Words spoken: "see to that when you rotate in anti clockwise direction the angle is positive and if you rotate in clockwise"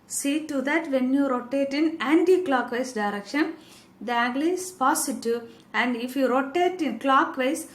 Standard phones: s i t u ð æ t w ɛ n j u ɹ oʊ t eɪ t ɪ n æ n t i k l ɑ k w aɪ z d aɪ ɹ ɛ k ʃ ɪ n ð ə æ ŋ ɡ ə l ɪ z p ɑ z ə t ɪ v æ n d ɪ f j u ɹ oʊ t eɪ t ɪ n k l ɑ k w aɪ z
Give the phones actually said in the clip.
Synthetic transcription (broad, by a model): s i t u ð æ t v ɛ n j u ɹ oʊ t eɪ t ɪ n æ n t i k l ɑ k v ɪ s d aɪ ɹ ɛ k ʃ ɪ n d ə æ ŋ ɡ l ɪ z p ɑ s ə t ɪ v æ n d ɪ f j u ɹ oʊ t eɪ t ɪ n k l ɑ k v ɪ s